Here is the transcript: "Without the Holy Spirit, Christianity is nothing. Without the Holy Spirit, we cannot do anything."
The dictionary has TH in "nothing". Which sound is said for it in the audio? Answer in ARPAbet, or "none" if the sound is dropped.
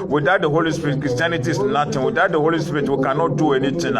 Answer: T